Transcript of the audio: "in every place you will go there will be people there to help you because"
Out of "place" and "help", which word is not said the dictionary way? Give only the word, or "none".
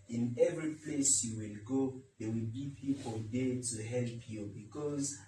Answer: none